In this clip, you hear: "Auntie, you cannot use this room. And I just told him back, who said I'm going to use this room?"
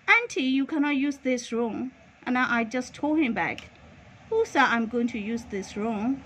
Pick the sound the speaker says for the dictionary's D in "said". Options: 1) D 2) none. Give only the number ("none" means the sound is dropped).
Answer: 2